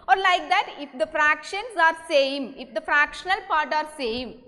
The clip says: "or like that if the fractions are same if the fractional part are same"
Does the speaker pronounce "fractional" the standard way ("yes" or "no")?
yes